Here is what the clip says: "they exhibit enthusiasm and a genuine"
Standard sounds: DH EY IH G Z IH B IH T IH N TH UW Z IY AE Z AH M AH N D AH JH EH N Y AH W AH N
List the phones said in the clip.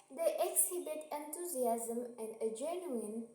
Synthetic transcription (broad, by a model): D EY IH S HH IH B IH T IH N T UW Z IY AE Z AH M AH N D AH JH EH N Y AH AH N